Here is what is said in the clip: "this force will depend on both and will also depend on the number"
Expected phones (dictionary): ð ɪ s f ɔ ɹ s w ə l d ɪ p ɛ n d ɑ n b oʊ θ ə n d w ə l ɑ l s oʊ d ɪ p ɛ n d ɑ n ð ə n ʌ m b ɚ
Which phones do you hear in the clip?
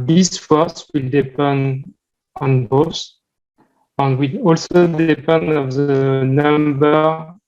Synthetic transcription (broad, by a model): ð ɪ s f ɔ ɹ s w ə l d ɪ p ɛ n d ɑ n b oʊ s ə n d w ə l ɑ l s oʊ d ɪ p ɛ n d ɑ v ð ə n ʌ m b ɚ